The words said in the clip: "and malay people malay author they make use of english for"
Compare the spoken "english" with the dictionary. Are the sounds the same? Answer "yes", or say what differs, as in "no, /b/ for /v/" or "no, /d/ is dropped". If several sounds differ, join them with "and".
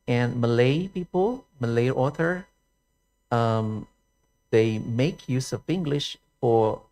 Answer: yes